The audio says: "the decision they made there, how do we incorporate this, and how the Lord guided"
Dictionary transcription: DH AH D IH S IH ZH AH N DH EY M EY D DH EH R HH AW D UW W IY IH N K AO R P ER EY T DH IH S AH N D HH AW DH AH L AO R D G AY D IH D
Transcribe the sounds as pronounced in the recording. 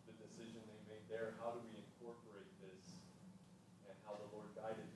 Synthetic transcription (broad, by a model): DH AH D IH S IH ZH AH N DH EY M EY D DH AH R HH AW D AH W IY IH N K AO R P ER EY T DH IH S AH N HH AW DH AH L AO R D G AY D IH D